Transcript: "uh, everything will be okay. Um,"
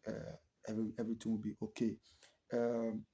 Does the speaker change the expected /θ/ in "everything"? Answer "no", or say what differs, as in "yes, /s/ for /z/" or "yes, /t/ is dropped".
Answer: yes, /t/ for /θ/